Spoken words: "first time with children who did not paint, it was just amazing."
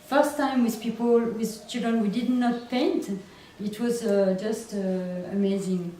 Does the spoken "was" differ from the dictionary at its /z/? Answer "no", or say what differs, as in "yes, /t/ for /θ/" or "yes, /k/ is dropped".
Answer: no